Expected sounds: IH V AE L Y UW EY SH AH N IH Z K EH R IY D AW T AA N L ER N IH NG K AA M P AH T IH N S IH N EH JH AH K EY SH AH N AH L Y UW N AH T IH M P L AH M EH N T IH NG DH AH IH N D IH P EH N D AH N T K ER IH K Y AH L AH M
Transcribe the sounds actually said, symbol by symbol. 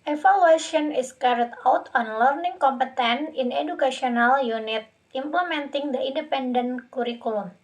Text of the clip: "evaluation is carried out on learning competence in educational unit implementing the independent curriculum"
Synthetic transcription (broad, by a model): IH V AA L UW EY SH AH N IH S K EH R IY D AW T AA N L ER N IH NG K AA M P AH T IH N IH N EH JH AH K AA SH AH N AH L Y UW N AH T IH M P L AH M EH N T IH NG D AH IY N D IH P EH N D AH N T K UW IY K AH L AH M